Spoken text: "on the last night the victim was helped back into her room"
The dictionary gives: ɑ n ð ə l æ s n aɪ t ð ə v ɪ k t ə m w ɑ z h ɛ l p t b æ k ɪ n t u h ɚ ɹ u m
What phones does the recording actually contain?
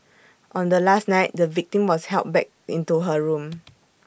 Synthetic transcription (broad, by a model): ɑ n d ə l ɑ s n aɪ t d ə v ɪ k t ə m w ɑ s h ɛ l t b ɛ k ɪ n t u h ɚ ɹ u m